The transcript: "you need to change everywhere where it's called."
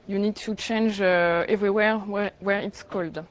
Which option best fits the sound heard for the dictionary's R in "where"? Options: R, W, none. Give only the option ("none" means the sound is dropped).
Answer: R